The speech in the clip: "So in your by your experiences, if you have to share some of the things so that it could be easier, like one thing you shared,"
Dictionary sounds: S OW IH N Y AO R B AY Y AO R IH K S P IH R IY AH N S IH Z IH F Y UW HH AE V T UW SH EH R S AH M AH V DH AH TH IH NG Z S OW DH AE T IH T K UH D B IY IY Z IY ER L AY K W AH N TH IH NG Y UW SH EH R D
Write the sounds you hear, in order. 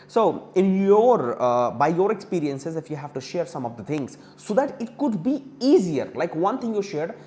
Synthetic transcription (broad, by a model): S OW IH N Y AO R B AY Y AO R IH K S P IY R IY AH N S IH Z IH F Y UW HH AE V T UW SH EH R S AH M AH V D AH T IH NG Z S OW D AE T IH T K UH D B IY IY Z IY ER L AY K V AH N T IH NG Y UW SH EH R D